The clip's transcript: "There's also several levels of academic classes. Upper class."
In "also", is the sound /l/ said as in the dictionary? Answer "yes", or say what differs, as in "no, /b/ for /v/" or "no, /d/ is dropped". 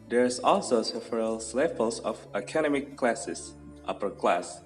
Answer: yes